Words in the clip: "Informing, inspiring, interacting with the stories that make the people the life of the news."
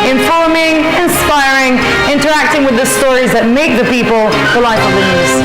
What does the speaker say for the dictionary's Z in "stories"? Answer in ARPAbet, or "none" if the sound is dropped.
Z